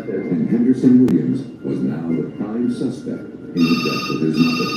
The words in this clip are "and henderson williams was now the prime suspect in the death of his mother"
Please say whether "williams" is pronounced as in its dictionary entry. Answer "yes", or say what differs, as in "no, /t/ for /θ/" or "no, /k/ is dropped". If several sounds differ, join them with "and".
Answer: yes